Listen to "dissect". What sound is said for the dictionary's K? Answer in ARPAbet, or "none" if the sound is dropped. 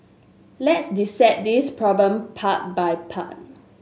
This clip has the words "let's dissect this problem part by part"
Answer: none